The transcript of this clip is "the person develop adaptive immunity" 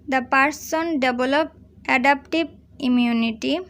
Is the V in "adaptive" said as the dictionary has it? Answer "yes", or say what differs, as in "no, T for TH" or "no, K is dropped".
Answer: no, B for V